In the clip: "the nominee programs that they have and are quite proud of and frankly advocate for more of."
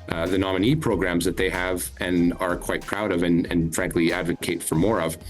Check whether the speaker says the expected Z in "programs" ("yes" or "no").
yes